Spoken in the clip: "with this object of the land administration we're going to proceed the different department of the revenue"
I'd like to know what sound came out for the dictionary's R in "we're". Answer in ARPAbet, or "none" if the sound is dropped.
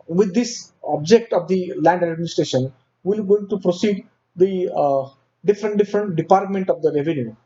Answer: L